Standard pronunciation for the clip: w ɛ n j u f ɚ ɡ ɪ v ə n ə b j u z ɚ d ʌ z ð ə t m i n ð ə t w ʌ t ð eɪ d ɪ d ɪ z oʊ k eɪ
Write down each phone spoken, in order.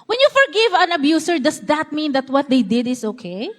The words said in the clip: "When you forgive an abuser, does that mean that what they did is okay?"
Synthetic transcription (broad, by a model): w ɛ n j u f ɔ ɡ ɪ v ə n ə b j u s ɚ d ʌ s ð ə t m i n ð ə t w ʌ t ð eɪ d ɪ d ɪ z oʊ k eɪ